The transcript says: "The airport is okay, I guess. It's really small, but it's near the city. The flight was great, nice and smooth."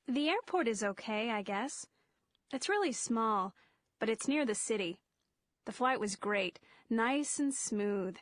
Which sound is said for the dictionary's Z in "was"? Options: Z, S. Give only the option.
Z